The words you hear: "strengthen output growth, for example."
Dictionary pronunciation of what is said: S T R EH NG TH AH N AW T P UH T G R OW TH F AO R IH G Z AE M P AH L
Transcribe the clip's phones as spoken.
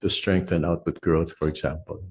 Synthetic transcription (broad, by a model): S T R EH NG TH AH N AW T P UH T G R OW TH F AO R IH G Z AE M P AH L